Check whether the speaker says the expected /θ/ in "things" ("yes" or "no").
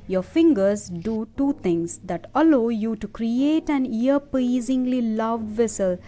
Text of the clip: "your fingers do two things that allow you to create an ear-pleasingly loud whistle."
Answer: no